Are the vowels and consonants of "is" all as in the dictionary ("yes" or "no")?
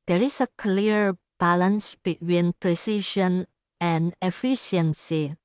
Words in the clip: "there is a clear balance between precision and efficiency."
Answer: no